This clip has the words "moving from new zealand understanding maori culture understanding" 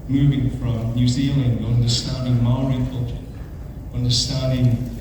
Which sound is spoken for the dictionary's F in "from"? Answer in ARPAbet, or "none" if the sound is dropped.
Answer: F